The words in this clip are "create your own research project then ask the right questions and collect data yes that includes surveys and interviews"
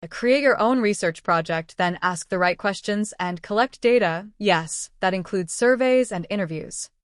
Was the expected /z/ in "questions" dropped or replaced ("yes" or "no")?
no